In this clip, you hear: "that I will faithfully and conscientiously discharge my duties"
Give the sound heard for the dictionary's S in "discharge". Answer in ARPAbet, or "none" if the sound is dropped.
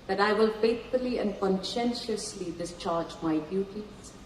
S